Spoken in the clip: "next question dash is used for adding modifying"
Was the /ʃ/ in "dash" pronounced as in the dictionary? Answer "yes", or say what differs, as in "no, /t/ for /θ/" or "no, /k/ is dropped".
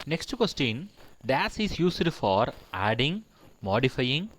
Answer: no, /s/ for /ʃ/